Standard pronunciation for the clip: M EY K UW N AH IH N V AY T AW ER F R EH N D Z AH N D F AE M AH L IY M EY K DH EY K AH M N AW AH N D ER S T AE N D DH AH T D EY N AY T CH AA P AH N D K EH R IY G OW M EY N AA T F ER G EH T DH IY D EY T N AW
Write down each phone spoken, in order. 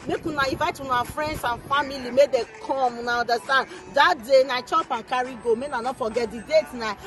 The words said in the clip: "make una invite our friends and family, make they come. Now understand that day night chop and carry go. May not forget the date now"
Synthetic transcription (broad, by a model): M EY K UW N AH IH V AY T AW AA F R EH N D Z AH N F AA M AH L IY M EY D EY K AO M N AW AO N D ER S T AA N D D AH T D EY N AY CH AA P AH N K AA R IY G OW M EY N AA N F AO G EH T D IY D EY T N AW